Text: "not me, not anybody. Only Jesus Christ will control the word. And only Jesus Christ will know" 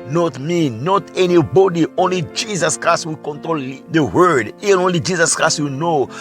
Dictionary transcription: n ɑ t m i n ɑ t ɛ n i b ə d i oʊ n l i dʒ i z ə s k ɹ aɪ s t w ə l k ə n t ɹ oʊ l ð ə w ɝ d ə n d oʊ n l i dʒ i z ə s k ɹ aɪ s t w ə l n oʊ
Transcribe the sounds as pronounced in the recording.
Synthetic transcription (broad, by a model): n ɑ t m i n ɑ t ɛ n i b ə d i oʊ n l i dʒ i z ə s k ɹ aɪ s t w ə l k ə n t ɹ oʊ l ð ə w ɝ d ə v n oʊ n l i dʒ i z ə s k ɹ aɪ s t w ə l n oʊ